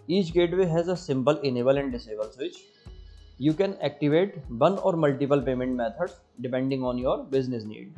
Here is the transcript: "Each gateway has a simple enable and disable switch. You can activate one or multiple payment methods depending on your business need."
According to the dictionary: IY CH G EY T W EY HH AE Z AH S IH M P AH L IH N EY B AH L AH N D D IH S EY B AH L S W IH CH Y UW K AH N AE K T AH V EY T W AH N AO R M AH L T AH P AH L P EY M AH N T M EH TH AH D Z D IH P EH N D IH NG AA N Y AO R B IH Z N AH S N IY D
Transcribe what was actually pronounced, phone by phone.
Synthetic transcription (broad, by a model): IY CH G EY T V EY HH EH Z AH S IH M P AH L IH N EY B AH L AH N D D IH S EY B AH L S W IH CH Y UW K AH N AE K T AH V EY T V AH N AO R M AH L T AH P AH L P EY M AH N T M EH T AH D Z D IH P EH N D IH NG AA N Y AO R B IH Z N AH S N IY D